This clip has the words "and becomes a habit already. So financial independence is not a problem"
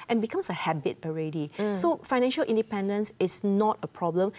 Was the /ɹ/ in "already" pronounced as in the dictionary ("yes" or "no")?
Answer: yes